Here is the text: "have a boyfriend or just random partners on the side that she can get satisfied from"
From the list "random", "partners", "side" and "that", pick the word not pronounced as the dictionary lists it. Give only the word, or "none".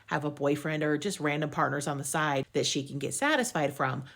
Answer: none